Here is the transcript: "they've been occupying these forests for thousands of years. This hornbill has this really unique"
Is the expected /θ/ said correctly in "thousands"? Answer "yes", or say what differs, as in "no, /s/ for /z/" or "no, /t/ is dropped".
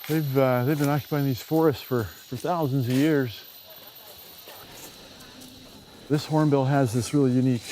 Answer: yes